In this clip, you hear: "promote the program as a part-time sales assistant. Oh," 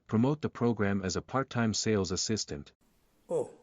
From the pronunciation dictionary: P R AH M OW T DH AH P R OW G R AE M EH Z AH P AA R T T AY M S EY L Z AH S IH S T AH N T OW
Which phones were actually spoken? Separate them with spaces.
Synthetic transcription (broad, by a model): P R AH M OW T DH AH P R OW G R AE M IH Z AH P AA R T T AY M S EY L Z AH S IH S T AH N T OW